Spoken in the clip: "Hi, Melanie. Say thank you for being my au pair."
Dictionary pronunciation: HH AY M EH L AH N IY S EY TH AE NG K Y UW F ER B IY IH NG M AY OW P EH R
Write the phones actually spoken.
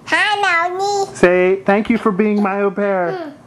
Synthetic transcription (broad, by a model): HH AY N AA AH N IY S EY TH AE NG K Y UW F ER B IY IH NG M AY OW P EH R